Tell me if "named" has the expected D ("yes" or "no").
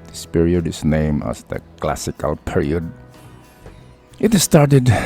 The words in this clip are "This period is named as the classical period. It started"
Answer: no